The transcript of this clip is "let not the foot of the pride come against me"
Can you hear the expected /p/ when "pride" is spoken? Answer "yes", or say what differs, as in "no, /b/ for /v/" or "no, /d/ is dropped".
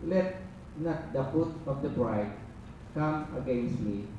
no, /b/ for /p/